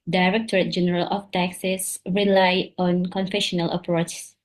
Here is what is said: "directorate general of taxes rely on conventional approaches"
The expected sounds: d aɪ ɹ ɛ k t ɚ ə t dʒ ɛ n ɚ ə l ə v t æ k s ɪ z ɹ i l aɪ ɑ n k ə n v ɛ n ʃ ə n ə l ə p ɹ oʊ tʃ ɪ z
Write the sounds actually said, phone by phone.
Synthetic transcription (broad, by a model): d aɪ ɹ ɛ k t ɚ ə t dʒ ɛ n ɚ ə l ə f t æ k s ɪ s ɹ i l aɪ ɑ n k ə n f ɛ ʃ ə n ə l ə p ɹ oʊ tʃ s